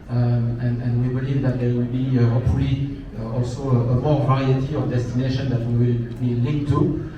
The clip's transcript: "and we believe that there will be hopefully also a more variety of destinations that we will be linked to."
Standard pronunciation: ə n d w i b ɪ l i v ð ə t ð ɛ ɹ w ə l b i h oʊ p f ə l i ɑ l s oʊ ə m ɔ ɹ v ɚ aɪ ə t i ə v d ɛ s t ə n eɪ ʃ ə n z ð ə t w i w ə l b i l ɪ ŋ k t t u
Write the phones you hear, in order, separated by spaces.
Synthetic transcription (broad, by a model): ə n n w i b ɪ l i v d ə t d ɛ w ə l b i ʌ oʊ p ə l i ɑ l s oʊ ə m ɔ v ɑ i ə t i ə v d ɛ s t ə n eɪ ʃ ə n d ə t w i w ə l b i l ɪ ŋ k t t u